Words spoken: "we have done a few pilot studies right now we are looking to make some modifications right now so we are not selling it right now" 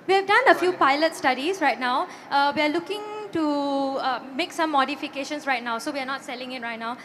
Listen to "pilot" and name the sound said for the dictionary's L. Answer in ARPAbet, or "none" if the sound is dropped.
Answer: L